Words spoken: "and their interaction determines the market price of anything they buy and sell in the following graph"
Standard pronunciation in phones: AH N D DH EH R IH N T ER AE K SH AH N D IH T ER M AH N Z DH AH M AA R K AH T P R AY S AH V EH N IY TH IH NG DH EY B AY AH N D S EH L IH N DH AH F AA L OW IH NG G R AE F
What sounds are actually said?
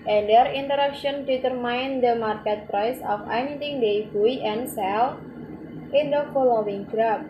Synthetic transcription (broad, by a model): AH N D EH R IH N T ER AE K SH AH N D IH T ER M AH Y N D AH M AA R K AH T P R AY S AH F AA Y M T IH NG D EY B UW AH N S EH L IH N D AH F AA L OW IH NG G R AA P